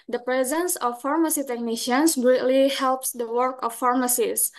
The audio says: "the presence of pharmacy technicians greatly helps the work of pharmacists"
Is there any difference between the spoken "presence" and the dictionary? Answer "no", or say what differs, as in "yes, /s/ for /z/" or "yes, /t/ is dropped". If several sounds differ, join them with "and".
no